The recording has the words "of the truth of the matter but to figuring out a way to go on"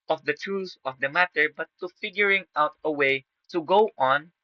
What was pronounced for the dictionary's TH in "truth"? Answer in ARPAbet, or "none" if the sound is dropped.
S